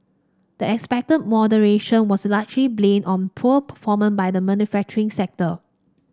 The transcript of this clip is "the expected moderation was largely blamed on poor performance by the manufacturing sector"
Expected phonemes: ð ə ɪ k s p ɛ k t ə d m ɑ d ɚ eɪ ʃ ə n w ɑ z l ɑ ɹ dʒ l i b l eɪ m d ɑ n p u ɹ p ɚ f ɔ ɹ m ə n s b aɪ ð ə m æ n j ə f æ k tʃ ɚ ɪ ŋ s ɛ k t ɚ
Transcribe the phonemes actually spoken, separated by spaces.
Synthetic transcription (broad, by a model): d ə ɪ k s p ɛ k t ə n m ɑ d ɚ eɪ ʃ ə n w ɑ s l ɑ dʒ l i b l eɪ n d ɑ n p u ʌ p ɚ f ɔ m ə n b aɪ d ə m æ n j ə f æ k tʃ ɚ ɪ ŋ s ɛ k t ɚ